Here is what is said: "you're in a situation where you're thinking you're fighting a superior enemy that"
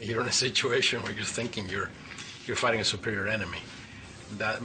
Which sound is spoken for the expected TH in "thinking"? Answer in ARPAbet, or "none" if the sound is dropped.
TH